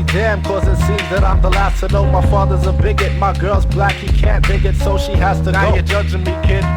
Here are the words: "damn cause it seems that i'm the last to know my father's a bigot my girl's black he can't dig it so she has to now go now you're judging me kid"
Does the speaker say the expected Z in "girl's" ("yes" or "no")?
yes